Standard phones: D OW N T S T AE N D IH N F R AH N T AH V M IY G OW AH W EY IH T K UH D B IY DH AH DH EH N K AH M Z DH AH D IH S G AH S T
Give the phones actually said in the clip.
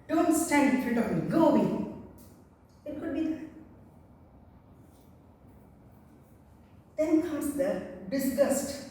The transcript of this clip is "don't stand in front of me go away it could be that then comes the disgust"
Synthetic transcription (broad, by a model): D OW N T S T AE N D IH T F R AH T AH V G OW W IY IH T K UH D B IY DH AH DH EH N K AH M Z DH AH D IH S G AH S T